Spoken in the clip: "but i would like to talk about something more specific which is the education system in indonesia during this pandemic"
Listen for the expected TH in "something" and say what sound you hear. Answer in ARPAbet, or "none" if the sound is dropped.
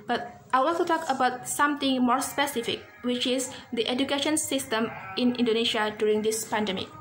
T